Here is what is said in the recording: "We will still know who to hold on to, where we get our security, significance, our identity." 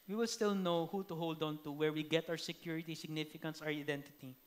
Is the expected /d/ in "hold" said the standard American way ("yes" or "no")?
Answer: yes